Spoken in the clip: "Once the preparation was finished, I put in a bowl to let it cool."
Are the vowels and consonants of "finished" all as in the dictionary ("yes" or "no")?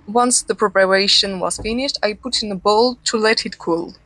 yes